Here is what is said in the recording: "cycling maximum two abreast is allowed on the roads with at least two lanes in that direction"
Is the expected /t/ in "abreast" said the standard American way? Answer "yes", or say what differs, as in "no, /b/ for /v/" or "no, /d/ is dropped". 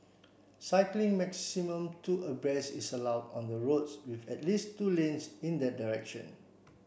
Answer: no, /t/ is dropped